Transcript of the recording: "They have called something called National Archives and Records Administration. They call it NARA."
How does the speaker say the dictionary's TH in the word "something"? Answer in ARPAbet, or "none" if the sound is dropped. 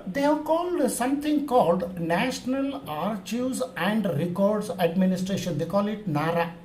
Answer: T